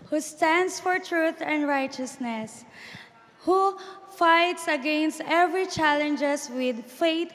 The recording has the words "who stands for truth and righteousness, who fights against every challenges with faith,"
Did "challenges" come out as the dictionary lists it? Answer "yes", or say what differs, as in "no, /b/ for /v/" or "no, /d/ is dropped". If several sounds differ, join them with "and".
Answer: no, /s/ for /z/